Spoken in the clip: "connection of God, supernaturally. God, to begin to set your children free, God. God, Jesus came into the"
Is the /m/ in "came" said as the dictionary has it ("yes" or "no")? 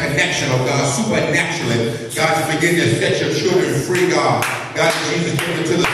no